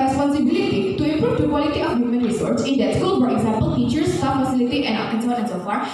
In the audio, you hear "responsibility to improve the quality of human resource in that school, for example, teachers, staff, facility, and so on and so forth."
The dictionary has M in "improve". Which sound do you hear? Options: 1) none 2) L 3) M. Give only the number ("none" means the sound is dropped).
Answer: 1